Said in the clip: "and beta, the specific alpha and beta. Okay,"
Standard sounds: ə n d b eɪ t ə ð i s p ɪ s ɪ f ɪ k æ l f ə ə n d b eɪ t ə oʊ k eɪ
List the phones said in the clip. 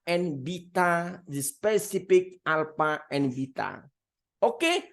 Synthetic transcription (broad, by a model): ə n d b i t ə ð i s p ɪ s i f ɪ k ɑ l p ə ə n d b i t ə oʊ k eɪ